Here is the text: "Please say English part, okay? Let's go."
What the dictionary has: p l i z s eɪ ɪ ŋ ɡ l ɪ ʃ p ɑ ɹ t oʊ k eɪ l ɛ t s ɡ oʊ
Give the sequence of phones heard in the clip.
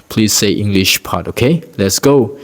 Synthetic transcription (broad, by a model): p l i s eɪ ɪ ŋ ɡ l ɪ ʃ p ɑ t oʊ k eɪ l ɛ t s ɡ oʊ